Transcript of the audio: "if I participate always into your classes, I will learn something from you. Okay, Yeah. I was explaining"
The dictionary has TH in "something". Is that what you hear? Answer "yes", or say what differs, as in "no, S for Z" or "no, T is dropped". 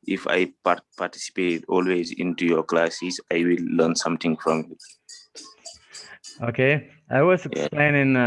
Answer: no, T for TH